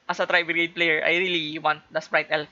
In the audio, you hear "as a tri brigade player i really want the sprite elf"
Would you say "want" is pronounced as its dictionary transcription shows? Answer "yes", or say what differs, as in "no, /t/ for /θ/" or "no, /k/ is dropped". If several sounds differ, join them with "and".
yes